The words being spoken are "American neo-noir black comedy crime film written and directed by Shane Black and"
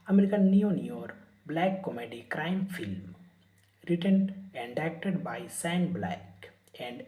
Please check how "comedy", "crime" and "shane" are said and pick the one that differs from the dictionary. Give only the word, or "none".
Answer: shane